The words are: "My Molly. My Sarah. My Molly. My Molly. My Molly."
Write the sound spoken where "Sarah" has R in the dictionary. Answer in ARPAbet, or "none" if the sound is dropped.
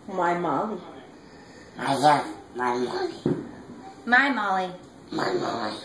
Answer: none